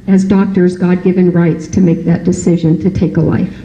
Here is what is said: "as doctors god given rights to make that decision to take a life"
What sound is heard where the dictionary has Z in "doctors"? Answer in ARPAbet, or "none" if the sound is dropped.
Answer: Z